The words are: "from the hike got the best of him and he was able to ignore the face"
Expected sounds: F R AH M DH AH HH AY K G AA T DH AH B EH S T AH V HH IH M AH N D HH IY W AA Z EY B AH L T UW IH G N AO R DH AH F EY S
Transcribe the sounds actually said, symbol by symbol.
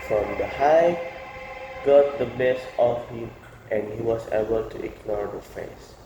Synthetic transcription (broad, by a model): F R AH M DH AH HH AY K G AA T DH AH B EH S AH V HH IH M AH N D HH IY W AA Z EY B AH L T UW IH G N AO R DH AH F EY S